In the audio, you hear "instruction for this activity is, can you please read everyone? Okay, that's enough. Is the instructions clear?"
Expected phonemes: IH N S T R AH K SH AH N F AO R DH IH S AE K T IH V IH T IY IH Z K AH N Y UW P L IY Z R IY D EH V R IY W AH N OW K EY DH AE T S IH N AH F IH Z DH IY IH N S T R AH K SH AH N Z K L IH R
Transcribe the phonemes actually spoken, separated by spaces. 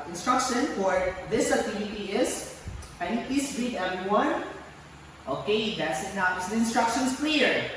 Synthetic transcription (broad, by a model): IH N S T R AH K SH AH N F AO R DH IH S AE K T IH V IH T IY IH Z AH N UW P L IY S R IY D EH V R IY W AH N OW K EY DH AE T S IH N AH IH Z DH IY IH N S T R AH K SH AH N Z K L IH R